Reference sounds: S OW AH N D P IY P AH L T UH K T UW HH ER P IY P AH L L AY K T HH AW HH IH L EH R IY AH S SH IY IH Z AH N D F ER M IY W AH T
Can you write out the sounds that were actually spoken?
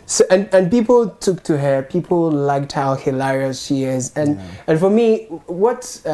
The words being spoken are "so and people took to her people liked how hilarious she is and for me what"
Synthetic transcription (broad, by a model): S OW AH N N P IY P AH L T UH K T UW HH ER P IY P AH L L AY K T HH AW HH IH L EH R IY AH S SH IY IH Z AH N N F ER M IY W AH T